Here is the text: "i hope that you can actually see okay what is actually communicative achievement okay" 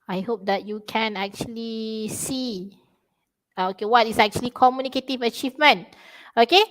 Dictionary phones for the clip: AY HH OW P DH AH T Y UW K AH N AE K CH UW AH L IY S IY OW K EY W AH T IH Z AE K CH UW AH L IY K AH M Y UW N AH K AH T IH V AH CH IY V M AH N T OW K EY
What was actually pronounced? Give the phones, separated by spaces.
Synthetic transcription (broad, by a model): AY HH OW P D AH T Y UW K AH N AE K CH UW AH L IY S IY OW K EY W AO T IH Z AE K CH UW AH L IY K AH M Y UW N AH K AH T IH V AH CH IY V M AH N T OW K EY